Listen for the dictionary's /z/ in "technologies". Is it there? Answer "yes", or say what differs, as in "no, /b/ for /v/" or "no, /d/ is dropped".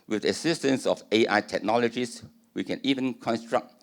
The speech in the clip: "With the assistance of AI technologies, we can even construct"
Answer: no, /s/ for /z/